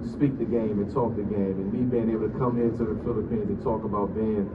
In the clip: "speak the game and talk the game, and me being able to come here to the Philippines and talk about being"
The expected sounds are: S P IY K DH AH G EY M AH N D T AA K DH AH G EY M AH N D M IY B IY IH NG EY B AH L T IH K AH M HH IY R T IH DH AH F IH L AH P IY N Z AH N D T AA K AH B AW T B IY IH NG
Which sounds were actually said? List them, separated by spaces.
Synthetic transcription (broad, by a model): S P IY K DH AH G EY M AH N T AA K DH AH G EY M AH N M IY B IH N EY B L T IH K AH M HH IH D T IH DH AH F IH L AH P IY N Z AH N T AA K AH B AW T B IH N